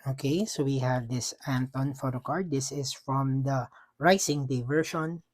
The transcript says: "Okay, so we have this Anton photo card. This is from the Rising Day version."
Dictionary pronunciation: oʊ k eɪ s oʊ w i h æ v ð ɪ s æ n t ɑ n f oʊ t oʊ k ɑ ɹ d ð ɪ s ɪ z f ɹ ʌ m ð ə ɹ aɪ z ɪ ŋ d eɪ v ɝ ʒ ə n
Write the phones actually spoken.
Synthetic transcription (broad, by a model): oʊ k eɪ s oʊ w i h æ v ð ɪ s æ n t ɑ n f oʊ t oʊ k ɑ ɹ d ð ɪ s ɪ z f ɹ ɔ m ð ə ɹ aɪ s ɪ ŋ d eɪ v ɝ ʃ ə n